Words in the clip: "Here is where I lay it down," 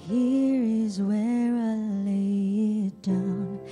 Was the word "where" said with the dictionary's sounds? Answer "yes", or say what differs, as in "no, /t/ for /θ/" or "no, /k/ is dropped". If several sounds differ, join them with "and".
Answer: yes